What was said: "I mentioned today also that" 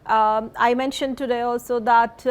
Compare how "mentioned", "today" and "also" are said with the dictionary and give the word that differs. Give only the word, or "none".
none